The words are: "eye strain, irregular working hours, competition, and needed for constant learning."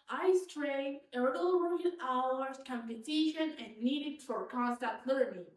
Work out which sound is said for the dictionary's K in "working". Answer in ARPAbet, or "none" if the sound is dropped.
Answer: none